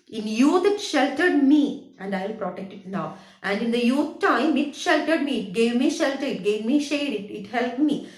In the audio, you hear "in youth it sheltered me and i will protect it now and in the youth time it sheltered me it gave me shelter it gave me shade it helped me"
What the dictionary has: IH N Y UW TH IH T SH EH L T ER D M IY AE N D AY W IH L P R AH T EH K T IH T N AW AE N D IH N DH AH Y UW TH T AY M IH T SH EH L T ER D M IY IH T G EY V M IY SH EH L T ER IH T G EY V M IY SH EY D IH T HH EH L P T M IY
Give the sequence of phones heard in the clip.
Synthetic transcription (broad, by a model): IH N Y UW T IH T SH EH L T ER D M IY AE N D AY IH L P R AH T EH K T IH T N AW AE N D IH N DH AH Y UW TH T AY M IH T SH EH L T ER D M IY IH T G EY V M IY SH EH L T ER IH T G EY V M IY SH EY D IH T HH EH L P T M IY